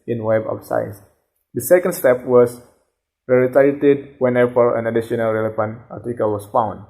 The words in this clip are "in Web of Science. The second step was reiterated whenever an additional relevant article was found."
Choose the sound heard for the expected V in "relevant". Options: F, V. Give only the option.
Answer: F